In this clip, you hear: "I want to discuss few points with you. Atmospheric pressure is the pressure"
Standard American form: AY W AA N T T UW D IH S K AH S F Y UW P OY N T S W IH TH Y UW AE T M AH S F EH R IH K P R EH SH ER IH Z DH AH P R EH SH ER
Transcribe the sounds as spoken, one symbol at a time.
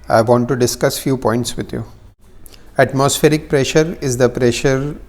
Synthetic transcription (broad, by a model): AY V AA N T T UW D IH S K AH S F Y UW P OY N T S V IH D Y UW AE T M AH S F EH R IH K P R EH SH ER IH Z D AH P R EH SH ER